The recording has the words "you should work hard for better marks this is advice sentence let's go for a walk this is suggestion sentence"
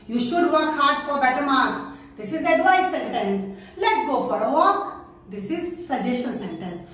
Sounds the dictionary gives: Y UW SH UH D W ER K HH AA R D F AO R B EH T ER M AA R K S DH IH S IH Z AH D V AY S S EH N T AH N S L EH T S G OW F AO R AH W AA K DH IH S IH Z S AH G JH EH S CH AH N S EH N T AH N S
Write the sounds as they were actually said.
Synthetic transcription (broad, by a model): Y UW SH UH D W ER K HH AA R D F AO R B EH T ER M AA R S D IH S IH Z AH D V AY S S EH N T AH N S L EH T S G OW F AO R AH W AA K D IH S IH Z S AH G JH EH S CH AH N S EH N T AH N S